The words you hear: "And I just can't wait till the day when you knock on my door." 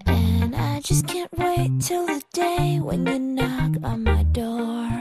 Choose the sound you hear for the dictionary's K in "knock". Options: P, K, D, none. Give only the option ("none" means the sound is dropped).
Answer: K